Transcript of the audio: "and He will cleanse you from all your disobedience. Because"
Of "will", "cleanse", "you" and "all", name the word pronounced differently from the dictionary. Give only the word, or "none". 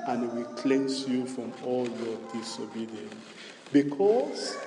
cleanse